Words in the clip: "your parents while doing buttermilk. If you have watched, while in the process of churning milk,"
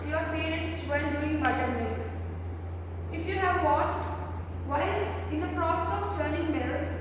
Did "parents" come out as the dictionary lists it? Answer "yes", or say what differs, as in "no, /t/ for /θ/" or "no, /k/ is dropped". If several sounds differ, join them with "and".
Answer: no, /n/ is dropped